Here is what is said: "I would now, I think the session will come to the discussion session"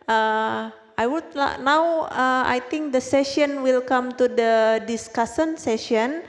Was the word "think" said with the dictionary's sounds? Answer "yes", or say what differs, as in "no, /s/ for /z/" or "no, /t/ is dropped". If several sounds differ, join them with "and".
no, /t/ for /θ/